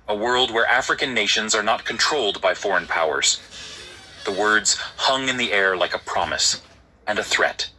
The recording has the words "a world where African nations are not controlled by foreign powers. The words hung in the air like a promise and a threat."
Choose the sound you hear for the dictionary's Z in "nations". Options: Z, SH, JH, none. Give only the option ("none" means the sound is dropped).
Z